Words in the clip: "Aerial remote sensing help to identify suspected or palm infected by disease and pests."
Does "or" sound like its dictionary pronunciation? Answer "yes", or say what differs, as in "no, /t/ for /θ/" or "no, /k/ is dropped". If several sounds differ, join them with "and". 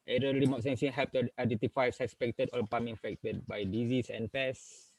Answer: no, /l/ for /ɹ/